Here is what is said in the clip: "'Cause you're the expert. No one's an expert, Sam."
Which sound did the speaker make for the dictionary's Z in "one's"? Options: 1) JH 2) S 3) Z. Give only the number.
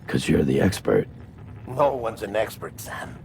3